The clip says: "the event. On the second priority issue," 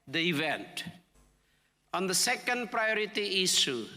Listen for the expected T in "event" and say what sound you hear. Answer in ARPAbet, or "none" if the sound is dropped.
T